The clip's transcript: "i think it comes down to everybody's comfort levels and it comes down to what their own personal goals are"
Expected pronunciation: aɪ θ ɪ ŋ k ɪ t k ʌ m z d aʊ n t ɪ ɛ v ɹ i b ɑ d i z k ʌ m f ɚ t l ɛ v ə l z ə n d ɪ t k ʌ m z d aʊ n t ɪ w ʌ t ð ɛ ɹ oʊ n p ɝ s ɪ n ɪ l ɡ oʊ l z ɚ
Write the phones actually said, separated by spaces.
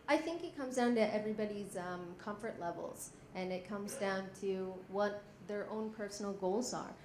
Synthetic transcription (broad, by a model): aɪ θ ɪ ŋ k ɪ t k ʌ m z d aʊ n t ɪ ɛ v ɹ i b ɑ d i z k ʌ m f ɚ t l ɛ v l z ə n ɪ t k ʌ m z d aʊ n t ɪ w ʌ t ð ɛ ɹ oʊ n p ɝ s n l ɡ oʊ l z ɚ